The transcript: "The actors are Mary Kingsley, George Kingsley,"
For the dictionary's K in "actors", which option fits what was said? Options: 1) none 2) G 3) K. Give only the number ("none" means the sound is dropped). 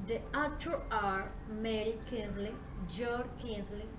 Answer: 1